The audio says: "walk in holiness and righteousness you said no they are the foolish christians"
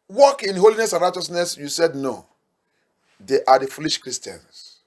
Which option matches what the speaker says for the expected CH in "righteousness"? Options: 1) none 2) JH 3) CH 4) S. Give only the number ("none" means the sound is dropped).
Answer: 3